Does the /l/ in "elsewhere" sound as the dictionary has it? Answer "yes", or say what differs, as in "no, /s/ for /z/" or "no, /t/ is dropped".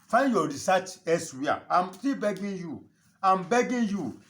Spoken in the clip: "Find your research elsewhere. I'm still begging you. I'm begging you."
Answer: no, /l/ is dropped